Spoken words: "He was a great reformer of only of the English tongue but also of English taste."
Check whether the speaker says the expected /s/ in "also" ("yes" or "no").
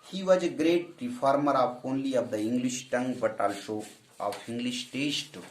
no